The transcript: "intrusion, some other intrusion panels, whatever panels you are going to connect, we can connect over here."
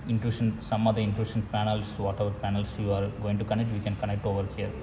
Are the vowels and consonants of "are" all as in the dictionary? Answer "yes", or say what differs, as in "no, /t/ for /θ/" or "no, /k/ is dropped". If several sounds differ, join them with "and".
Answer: yes